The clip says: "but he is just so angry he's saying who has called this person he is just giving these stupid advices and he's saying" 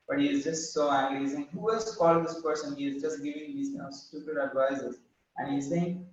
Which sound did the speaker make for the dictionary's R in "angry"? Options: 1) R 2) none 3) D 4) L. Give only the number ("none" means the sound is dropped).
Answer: 4